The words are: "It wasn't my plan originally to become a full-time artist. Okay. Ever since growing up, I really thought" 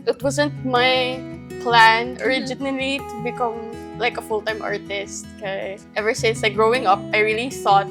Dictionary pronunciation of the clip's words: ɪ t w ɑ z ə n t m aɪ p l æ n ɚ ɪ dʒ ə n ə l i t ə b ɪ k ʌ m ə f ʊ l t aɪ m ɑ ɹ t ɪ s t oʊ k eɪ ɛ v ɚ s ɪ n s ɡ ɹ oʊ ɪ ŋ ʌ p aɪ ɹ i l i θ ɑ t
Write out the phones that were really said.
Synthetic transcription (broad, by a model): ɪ t w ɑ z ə n t m aɪ p l æ n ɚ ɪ dʒ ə n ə l i t ə b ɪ k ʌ m ə f ʊ l t aɪ m ɑ ɹ t ɪ s t k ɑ ɛ v ɚ s ɪ n s ɡ ɹ oʊ ɪ ŋ ʌ p aɪ ɹ i l i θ ɑ t